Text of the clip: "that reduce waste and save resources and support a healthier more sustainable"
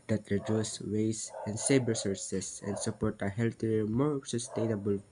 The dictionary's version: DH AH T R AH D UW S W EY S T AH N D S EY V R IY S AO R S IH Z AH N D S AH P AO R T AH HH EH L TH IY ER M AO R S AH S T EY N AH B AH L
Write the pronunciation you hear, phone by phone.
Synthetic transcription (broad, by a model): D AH T R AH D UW S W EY S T AH N D S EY B R S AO R S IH S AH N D S AH P AO R T AH HH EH L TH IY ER M AO R S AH S T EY N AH B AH L